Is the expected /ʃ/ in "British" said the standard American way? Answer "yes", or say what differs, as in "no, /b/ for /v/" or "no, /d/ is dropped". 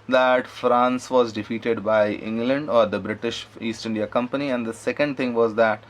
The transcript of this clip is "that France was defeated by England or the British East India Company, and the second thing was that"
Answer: yes